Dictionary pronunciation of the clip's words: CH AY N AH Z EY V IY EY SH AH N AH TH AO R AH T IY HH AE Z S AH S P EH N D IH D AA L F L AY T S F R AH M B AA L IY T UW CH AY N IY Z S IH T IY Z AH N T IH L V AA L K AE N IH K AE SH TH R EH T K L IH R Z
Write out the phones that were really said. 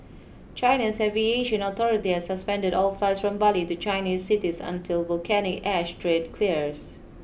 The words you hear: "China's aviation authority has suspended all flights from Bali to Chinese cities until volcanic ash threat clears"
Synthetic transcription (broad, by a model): CH AY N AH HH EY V IY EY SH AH N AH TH AO R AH T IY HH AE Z S AH S P EH N D IH D AA L F L AY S F R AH M B AA L IY T UW CH AY N IY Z S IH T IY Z AH N T IH L V AA L K AE N IH K AE SH T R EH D K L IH R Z